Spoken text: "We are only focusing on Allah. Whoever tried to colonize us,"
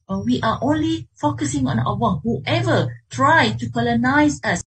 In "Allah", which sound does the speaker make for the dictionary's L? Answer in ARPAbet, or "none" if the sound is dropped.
W